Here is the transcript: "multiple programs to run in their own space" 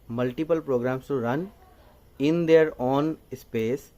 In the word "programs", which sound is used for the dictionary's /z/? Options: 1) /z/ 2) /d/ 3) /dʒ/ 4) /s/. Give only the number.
4